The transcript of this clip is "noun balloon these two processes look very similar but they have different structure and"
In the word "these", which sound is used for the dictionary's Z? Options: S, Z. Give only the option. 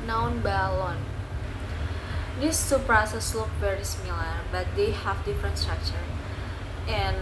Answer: S